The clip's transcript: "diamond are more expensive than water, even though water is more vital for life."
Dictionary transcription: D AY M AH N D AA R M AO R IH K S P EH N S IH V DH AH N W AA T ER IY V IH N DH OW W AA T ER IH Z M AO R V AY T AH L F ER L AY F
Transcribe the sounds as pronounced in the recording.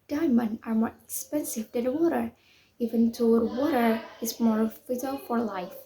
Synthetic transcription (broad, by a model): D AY M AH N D AA R M AO R IH K S P EH N S IH V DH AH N W AA T ER IY V IH N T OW W AA T ER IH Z M AO R F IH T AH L F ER L AY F